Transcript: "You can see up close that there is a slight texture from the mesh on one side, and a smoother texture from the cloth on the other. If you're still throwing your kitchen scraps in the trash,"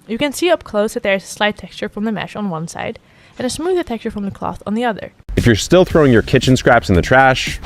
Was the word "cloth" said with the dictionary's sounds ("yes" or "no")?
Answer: yes